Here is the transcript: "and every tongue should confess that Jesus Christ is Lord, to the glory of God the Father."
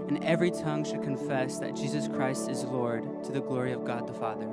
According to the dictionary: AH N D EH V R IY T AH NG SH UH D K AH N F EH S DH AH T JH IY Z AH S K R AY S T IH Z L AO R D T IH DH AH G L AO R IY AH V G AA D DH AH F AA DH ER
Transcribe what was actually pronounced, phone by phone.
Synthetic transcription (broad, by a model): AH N EH V R IY T AH NG SH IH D K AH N F EH S DH AH T JH IY Z AH S K R AY S T IH Z L AO R D T IH DH AH G L AO R IY AH V G AA D DH AH F AA DH ER